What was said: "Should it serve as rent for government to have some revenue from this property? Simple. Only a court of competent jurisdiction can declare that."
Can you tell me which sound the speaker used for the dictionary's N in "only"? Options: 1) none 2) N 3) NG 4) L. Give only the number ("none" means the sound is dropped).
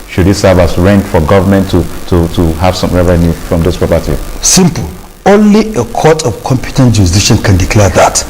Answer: 2